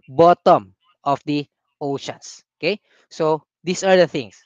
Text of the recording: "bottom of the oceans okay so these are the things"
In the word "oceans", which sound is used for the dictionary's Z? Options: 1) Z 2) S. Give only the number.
2